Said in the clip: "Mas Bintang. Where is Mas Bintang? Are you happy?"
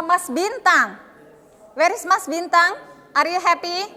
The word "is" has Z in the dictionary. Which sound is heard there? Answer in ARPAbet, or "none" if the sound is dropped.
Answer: S